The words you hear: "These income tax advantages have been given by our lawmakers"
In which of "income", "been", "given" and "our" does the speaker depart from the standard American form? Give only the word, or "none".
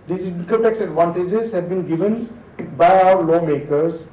income